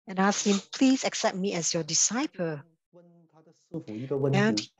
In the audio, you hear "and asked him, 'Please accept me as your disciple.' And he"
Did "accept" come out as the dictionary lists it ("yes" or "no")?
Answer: yes